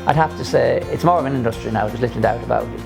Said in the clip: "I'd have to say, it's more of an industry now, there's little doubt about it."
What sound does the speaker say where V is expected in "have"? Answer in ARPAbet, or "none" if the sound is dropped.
F